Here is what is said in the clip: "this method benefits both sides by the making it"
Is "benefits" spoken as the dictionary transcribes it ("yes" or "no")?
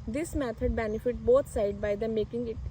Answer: no